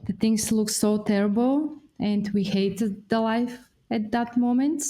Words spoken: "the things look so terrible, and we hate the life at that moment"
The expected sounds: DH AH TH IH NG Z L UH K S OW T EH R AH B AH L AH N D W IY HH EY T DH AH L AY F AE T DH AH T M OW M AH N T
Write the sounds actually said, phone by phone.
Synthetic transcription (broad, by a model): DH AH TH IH NG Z L UH K S OW T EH R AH B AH L AH N D W IY HH EY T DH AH L AY F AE T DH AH T M OW M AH N T